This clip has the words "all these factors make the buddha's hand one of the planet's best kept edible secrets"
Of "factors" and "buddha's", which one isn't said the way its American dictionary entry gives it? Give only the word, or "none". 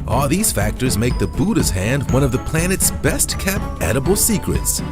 none